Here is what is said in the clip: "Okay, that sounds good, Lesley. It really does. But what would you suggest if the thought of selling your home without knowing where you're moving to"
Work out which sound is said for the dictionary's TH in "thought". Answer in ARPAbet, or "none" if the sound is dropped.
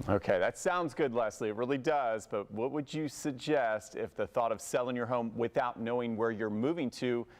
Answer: TH